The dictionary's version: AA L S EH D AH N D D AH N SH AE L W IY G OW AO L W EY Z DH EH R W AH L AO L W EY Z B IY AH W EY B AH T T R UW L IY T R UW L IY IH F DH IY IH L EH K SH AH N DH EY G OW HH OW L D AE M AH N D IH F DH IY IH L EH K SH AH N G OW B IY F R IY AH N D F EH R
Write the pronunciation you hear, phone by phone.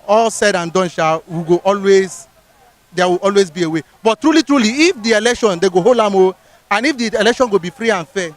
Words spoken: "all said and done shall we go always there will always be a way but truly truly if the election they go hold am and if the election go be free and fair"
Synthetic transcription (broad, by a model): AA L S EH D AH N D D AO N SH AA W IY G OW AO L W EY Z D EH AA W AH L AO L W EY Z B IY AH W EY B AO T T R UW L IY T R UW L IY IH F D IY IH L EH K SH AH N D EY G OW HH OW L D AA M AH N IH F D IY IH L EH K SH AH N G OW B IY F R IY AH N F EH